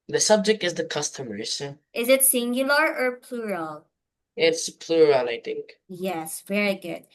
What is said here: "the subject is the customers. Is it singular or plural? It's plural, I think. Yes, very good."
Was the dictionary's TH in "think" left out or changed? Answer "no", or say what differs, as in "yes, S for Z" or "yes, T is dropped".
no